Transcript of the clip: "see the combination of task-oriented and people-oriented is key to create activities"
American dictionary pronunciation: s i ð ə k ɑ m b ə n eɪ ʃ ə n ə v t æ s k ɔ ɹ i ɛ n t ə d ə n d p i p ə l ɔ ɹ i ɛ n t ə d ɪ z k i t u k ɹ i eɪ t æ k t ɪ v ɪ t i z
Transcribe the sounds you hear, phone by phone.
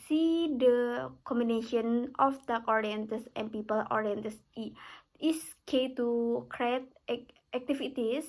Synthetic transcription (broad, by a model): s i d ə k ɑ m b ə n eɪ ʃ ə n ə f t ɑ k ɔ ɹ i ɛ n t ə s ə n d p i p ə l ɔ ɹ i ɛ n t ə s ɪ s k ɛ t u k ɹ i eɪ t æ k t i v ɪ t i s